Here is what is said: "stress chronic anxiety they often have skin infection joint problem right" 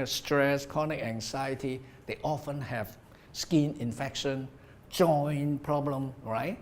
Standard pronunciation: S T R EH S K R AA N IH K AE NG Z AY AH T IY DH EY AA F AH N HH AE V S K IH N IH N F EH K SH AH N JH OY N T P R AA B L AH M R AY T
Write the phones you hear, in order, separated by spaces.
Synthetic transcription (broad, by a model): S T R EH S K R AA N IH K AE NG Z AY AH T IY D EY AA F AH N HH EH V S K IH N IH N F EH K SH AH N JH OY N P R AA B L AH M R AY T